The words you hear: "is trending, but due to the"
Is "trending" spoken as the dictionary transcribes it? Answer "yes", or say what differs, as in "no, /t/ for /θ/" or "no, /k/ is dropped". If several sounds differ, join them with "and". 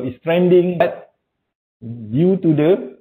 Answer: yes